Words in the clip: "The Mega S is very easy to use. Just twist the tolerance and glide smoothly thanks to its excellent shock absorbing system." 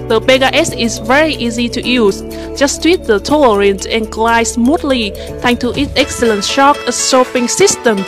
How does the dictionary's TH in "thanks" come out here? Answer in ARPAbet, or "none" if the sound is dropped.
T